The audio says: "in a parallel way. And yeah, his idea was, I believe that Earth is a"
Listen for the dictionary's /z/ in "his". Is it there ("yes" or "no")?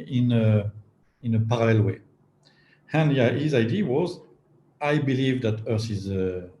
yes